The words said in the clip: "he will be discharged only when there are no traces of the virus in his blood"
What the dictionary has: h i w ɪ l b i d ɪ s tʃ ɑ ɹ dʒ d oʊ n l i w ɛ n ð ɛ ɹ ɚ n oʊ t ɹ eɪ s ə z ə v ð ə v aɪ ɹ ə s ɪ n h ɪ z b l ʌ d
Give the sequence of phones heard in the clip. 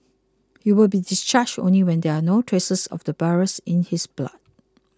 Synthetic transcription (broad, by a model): h i w ɪ l b i d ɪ s tʃ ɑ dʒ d oʊ n l i w ɛ n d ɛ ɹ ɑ n oʊ t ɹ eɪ s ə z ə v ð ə b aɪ ɹ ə s ɪ n h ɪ s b l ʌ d